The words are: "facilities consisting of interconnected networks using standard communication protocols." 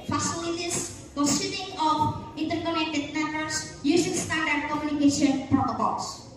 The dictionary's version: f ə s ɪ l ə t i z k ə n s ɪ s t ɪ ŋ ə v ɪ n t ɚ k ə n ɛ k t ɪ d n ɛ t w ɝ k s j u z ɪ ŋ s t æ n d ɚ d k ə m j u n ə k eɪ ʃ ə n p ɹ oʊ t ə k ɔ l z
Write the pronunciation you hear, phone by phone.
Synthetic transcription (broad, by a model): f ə s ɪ l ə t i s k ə s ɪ t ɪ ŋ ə f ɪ n t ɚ k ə n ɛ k t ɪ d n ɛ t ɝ s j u s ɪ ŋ s t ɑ n d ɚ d k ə m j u n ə k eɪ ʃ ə n p ɹ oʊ t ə k ɔ l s